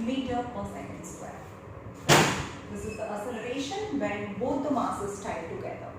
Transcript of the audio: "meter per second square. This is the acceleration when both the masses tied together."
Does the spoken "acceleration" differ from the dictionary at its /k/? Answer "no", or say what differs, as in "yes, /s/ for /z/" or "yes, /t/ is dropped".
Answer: yes, /k/ is dropped